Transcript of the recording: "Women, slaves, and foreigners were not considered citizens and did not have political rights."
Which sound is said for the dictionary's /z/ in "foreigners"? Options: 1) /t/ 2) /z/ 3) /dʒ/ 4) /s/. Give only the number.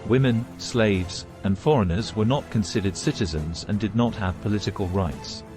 2